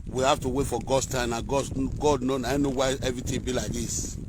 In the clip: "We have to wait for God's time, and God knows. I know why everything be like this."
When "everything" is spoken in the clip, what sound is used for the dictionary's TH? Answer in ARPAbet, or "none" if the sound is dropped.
T